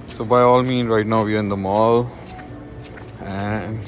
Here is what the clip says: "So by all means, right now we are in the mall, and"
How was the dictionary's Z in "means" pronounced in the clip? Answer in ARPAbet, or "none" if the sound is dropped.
none